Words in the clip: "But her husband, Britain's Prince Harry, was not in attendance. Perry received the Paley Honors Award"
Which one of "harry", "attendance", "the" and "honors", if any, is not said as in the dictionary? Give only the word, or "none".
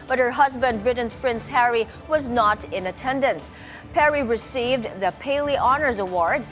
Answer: none